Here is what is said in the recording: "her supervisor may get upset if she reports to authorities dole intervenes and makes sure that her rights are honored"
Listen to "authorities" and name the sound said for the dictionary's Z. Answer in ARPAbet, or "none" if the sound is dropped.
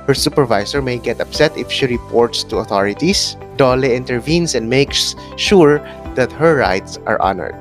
S